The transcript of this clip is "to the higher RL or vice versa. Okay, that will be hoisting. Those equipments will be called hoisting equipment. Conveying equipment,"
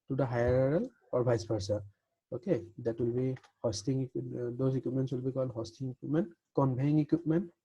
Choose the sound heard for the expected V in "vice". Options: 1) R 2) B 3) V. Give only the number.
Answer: 2